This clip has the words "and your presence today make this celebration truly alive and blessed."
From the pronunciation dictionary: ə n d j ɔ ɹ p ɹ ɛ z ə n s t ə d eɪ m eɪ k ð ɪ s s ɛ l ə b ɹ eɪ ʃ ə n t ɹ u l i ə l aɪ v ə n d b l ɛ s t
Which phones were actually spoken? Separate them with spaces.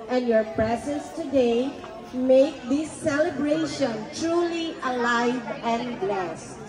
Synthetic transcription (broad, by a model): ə n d j ɔ ɹ p ɹ ɛ z ə n s t ə d eɪ m eɪ k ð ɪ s s ɛ l ə b ɹ eɪ ʃ ə n t ɹ u l i ə l aɪ v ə n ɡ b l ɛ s